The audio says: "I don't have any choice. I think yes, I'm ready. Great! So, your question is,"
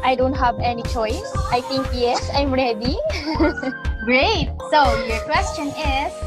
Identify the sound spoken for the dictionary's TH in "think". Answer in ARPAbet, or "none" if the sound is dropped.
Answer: T